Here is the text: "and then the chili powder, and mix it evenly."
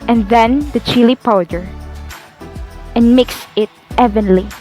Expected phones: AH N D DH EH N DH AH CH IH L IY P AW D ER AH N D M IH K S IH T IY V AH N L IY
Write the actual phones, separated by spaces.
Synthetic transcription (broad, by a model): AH N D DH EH N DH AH CH IH L IY P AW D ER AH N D M IH K S IH T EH V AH N L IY